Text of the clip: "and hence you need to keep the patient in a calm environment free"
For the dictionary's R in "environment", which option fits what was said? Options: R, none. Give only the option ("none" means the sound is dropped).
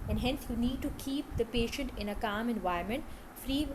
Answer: none